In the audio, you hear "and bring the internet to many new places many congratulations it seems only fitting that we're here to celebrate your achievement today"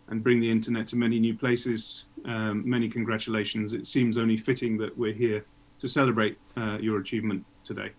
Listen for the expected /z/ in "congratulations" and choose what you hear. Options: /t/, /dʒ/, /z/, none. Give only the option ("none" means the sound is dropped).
/z/